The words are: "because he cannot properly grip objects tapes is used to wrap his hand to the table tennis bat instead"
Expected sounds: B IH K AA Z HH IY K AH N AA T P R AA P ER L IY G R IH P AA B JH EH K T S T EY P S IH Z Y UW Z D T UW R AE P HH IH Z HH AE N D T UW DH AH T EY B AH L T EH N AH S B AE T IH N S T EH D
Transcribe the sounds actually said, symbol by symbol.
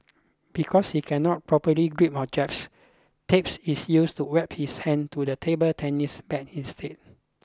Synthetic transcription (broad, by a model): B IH K AA S HH IY K AH N AA T P R AA P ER L IY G R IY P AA JH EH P S T EY P S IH S Y UW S T UW W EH P HH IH S HH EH N T UW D AH T EY B AH L T EH N AH S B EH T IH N S T EH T